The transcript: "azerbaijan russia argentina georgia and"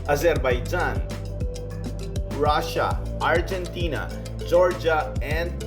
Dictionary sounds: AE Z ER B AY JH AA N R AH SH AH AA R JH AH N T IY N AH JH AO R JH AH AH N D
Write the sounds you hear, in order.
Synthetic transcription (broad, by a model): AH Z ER B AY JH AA N R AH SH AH AA R JH AH N T IY N AH JH AO R JH AH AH N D